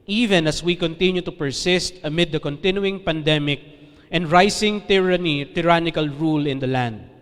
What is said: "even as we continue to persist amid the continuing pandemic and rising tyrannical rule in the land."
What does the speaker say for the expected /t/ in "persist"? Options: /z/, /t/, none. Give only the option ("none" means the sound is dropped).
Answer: /t/